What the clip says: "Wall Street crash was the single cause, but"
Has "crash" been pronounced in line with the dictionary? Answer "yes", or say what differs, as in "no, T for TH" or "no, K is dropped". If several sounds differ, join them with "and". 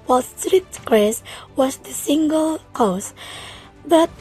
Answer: no, S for SH